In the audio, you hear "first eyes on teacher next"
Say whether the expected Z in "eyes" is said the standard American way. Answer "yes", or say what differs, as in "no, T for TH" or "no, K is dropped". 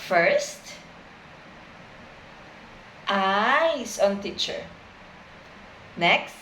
no, S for Z